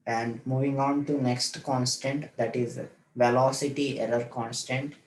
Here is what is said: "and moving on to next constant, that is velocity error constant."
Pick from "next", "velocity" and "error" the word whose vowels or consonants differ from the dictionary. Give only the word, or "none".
error